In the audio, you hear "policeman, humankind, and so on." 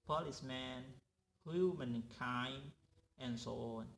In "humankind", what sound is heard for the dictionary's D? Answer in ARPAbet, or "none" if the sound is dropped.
none